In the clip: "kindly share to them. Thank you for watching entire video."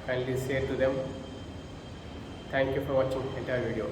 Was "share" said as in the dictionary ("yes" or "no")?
no